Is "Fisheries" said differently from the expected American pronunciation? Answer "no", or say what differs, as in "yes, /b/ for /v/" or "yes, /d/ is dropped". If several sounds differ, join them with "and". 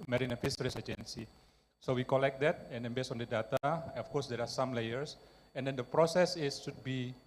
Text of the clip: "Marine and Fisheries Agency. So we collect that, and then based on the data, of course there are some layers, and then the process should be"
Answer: yes, /s/ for /ʃ/ and /s/ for /z/